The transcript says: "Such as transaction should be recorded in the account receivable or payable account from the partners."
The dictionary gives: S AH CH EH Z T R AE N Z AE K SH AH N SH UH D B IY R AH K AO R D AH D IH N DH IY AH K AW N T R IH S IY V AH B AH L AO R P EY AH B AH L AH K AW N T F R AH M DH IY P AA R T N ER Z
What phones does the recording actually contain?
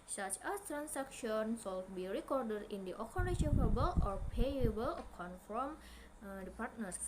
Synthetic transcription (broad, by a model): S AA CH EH S T R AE N S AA K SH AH N S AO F B IY R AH K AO R D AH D IH N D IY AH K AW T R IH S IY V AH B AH L AO R P EY AH B AH L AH K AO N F R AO M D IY P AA R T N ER